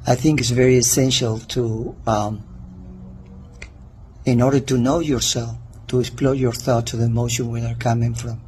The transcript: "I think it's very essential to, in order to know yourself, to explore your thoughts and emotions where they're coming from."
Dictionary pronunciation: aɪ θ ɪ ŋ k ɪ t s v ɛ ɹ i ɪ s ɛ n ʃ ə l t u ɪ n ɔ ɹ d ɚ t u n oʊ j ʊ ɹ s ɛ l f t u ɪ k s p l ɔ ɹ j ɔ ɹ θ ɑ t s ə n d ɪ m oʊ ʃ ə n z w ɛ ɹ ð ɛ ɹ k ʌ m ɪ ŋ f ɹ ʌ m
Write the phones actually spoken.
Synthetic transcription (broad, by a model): aɪ θ ɪ ŋ k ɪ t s v ɛ ɹ i ɪ s ɛ n ʃ ə l t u ɪ n ɔ ɹ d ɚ t u n oʊ j ʊ ɹ s ɛ l f t u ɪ k s p l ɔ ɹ j ɔ ɹ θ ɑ t ə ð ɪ m oʊ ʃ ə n w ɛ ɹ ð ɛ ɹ k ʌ m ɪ ŋ f ɹ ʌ m